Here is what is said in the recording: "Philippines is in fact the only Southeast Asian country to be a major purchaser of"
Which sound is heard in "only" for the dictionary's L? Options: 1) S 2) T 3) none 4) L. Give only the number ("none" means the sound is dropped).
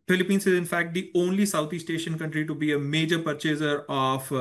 4